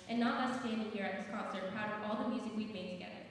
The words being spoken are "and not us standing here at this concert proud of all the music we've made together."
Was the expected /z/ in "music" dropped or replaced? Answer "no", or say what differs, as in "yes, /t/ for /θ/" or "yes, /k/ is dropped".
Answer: no